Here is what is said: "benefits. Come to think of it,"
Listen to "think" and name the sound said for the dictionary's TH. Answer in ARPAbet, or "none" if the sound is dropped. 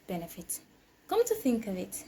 TH